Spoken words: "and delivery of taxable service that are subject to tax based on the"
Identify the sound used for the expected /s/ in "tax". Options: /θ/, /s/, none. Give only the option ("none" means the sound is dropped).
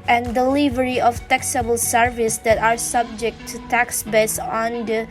/s/